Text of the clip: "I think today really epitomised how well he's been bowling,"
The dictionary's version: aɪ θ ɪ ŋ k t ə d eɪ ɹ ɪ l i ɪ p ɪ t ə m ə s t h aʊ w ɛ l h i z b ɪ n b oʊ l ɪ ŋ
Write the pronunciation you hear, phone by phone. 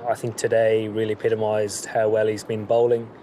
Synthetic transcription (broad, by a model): aɪ θ ɪ ŋ k t ə d eɪ ɹ ɪ l i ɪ p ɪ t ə m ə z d h aʊ w ɛ l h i z b ɪ n b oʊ l ɪ ŋ